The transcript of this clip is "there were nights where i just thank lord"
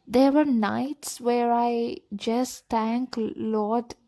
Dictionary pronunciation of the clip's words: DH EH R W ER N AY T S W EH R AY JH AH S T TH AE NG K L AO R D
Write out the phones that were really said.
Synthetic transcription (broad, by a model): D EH R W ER N AY T S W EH R AY JH AH S T T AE NG K L AO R D